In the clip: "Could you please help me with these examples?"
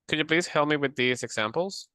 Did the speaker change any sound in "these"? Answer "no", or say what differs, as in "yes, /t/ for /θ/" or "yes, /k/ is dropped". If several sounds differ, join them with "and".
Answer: no